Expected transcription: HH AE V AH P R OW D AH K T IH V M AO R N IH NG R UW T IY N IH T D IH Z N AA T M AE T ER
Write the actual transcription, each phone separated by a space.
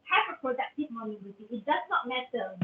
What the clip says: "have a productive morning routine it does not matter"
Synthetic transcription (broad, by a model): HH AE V AH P R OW D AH K T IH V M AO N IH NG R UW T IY IH T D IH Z N AA T M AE T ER